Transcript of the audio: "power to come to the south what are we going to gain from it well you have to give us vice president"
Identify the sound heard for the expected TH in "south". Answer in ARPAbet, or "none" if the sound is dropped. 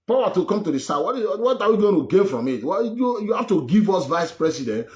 T